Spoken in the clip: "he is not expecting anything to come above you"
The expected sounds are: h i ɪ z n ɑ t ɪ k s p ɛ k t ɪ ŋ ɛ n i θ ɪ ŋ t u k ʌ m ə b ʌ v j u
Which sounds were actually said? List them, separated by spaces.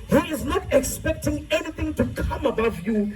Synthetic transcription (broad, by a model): h i ɪ z n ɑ t ɪ k s p ɛ k t ɪ ŋ ɛ n i θ ɪ ŋ t u k ʌ m ə b ʌ v j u